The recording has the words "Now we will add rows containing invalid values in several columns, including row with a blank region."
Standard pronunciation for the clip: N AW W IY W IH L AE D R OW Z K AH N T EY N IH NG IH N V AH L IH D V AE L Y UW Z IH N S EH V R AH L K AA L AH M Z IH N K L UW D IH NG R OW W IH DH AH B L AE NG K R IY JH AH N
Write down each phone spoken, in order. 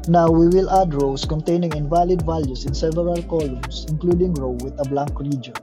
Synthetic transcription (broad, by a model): N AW W IY W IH L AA D R OW S K AH N T EY N IH NG IH N V AH L IH D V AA L Y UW S IH N S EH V AH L K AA L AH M S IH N K L UW D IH NG R OW W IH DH AH B L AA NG K R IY JH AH N